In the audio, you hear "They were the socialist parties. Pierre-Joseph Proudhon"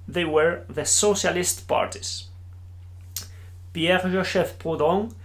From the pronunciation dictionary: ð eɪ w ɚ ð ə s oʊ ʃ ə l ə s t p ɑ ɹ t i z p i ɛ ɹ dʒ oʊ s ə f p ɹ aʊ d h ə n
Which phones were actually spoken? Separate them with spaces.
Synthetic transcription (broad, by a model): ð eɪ w ɚ ð ə s oʊ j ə l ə s t p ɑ ɹ t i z p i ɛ ɹ ʒ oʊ ʃ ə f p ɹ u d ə